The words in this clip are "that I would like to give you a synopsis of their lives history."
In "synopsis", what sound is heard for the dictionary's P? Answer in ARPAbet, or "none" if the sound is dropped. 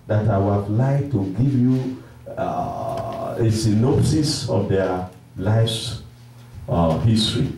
none